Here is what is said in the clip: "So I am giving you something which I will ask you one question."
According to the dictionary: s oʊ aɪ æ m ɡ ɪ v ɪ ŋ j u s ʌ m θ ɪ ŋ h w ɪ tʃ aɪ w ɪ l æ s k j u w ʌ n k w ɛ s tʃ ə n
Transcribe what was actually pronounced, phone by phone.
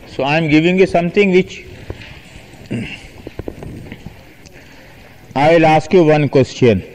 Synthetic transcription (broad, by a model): s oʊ aɪ m ɡ ɪ v ɪ ŋ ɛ s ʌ m t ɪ ŋ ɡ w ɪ tʃ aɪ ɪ l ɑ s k j u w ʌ n k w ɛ s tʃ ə n